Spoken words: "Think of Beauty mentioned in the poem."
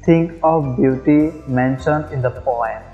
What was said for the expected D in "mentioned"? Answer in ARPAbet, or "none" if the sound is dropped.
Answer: D